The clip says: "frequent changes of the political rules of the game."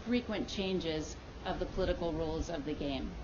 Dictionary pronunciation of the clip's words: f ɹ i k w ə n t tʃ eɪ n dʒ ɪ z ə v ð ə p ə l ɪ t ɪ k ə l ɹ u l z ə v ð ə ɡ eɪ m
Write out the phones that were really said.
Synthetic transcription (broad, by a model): f ɹ i k w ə n tʃ eɪ n dʒ ɪ z ə v ð ə p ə l ɪ t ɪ k l ɹ u l z ə v ð ə ɡ eɪ m